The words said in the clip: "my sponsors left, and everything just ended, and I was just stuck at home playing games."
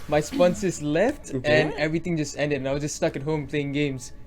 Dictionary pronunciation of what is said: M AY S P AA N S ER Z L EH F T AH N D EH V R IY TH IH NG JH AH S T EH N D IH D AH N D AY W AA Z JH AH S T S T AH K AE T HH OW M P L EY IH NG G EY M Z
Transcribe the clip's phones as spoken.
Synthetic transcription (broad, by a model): M AY S P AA N S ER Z L EH F T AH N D EH V R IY T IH NG JH AH S T EH N D IH D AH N AY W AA JH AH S S T AH K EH T HH OW M P L EY IH NG G EY M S